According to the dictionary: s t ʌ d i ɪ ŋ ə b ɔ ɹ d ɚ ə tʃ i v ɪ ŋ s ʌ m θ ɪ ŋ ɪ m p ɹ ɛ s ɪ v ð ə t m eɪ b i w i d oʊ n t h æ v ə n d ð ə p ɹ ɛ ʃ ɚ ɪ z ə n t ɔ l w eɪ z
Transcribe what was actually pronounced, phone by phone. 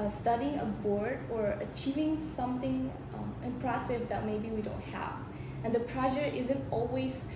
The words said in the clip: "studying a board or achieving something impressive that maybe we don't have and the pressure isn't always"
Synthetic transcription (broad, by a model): s t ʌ d i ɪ ŋ ə b ɔ ɹ d ɚ ə tʃ i v ɪ ŋ s ʌ m θ ɪ ŋ ɪ m p ɹ ɛ s ɪ v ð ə t m eɪ b i w i d oʊ n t h æ v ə n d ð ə p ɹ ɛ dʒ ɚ ɪ z ə n t ɔ l w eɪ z